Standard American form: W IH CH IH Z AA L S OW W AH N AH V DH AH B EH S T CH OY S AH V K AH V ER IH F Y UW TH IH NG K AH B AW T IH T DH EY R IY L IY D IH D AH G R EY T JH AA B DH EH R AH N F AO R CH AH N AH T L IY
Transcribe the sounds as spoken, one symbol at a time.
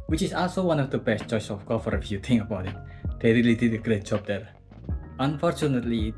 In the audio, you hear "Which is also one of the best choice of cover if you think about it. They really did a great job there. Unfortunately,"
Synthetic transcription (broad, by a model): W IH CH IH S AA L S OW W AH N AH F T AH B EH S CH OY S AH F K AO F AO IH F Y UW T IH NG AH B AW T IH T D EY R IY L IY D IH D AH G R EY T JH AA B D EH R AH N F AO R CH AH N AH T L IY